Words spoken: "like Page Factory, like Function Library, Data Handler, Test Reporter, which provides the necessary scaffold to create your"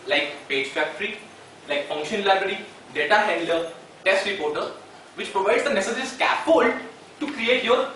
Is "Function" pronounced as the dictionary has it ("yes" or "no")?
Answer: yes